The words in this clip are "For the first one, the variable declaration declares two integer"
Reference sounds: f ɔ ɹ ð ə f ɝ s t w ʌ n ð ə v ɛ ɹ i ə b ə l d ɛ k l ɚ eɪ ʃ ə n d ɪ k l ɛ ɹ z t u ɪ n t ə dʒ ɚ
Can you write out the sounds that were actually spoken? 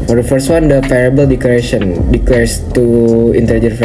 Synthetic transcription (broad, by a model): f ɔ ɹ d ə f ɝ s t w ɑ n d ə p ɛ ɹ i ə b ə l d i k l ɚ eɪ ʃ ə n d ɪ k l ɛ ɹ s t u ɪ n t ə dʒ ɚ